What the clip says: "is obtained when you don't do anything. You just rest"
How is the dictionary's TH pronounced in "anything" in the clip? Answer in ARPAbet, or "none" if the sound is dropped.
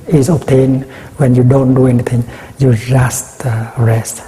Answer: T